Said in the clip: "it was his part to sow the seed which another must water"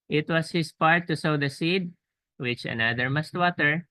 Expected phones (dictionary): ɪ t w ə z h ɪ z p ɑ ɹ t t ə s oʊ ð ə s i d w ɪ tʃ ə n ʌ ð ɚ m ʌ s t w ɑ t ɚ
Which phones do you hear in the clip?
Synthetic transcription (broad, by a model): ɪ t w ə s h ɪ s p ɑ ɹ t t ə s oʊ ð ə s i d w ɪ tʃ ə n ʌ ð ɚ m ʌ s t w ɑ t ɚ